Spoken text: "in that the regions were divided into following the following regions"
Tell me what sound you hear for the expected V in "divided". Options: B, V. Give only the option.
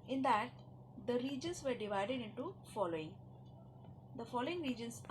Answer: V